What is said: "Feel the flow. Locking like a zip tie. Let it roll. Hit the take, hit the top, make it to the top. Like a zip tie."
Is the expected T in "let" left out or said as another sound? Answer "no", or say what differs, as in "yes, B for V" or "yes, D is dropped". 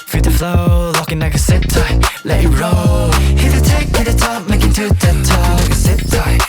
yes, T is dropped